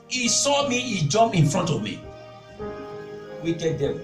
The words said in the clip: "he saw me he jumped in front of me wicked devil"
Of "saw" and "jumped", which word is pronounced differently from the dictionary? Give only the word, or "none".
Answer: jumped